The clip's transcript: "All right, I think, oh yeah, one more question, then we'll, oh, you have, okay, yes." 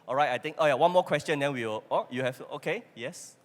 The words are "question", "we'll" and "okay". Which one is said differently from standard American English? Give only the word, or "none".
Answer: we'll